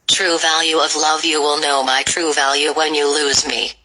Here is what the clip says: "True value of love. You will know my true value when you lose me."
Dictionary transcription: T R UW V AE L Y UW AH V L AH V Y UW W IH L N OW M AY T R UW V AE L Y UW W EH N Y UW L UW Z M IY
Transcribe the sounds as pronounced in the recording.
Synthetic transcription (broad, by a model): T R UW V AE L Y UW AH V L AH V Y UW W IH L N OW M AY T R UW V AE L Y UW W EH N Y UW L UW Z M IY